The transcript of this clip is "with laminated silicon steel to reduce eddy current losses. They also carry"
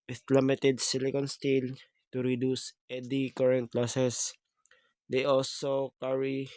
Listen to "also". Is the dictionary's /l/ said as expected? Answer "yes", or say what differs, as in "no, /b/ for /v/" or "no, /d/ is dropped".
yes